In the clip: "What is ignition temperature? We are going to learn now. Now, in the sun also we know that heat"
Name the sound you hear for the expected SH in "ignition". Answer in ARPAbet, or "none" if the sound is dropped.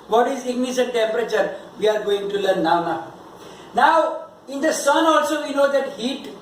S